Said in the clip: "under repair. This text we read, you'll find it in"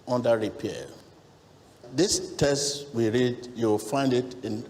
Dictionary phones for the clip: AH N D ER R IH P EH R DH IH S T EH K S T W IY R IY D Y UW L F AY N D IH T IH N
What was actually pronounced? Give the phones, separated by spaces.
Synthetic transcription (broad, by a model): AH N D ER R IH P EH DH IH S T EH S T W IY R IY D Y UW W F AY N D IH T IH N